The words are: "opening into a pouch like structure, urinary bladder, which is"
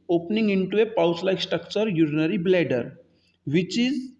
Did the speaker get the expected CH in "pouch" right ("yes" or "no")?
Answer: no